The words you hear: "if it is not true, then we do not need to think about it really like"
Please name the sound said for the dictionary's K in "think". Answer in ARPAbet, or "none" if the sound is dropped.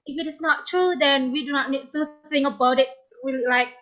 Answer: none